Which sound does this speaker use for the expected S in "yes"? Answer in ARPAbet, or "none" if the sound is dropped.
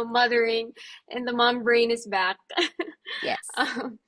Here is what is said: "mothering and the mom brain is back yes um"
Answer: none